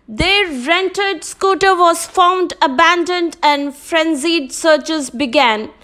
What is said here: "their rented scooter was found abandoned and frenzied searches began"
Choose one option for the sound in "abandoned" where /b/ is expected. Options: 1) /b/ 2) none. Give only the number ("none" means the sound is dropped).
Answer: 1